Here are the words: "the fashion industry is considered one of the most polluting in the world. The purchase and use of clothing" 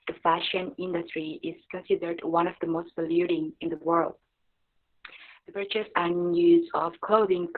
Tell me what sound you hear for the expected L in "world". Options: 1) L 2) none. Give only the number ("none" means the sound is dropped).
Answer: 1